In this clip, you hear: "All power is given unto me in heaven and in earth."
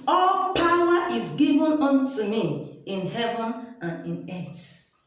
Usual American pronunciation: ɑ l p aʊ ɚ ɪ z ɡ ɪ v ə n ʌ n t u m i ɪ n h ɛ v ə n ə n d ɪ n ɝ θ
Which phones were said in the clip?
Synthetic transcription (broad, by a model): ɑ l p aʊ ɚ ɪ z ɡ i v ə n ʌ n t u m i ɪ n h ɛ v ə n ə n ɪ n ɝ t